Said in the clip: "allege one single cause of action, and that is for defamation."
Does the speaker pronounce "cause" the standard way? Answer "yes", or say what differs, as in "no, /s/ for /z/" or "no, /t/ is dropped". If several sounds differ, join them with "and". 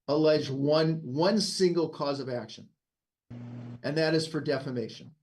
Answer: yes